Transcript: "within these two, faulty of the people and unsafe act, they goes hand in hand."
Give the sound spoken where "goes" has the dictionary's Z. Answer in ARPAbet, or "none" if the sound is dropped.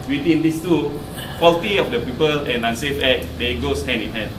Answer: S